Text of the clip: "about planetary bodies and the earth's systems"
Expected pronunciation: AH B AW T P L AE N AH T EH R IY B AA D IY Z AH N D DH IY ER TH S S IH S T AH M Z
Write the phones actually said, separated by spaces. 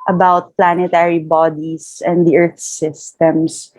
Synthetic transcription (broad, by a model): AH B AW T P L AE N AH T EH R IY B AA D IY S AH N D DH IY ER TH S S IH S T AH M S